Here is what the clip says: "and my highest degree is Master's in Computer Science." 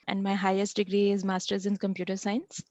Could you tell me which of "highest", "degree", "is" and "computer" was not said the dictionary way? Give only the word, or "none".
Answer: none